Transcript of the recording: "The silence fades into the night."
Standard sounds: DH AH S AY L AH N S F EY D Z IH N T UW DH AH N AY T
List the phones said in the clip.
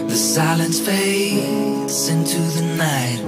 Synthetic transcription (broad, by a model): DH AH S AY L AH N S F EY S IH N T UW DH AH N AY T